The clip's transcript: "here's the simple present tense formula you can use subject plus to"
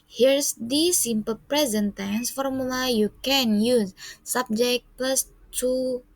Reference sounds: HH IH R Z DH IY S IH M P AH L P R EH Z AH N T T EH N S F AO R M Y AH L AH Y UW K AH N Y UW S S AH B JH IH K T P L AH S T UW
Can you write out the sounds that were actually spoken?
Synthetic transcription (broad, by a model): HH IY R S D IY S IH M P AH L P R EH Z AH N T T EH N S F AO R M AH L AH Y UW K AH N Y UW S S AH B JH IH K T P L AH S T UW